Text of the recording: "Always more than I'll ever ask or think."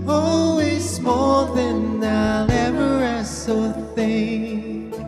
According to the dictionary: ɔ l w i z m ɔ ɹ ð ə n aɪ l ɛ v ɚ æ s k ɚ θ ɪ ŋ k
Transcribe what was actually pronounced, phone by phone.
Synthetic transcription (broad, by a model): ɔ l w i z m ɔ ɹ ð ə n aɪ l ɛ v ɚ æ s ɚ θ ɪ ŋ